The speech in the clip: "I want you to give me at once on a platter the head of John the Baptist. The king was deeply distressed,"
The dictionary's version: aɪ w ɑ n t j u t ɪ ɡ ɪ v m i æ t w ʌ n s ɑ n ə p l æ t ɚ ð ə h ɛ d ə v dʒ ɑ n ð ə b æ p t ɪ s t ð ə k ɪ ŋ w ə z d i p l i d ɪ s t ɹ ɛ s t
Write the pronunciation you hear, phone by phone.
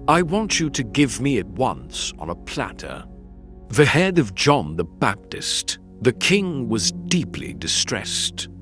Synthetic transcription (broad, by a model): aɪ w ɑ n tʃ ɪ t ɪ ɡ ɪ v m i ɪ t w ʌ n s n ə p l æ t ɚ ð ə h ɛ d ə v dʒ ɑ n ð ə b æ p t ɪ s t ð ə k ɪ ŋ w ə z d i p l i d ɪ s t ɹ ɛ s t